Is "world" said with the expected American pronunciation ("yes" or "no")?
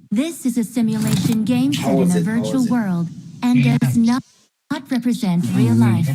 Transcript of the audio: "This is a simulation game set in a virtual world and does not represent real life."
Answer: yes